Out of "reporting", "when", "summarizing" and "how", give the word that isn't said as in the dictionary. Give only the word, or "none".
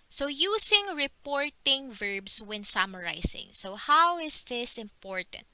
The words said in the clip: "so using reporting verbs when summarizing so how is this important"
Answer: summarizing